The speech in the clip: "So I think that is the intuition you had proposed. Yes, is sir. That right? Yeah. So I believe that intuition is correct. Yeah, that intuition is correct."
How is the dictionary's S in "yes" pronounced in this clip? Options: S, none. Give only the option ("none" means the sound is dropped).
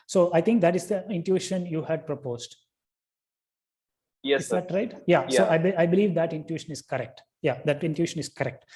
none